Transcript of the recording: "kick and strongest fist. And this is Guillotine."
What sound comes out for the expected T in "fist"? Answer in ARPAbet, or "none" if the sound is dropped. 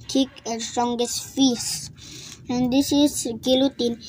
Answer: none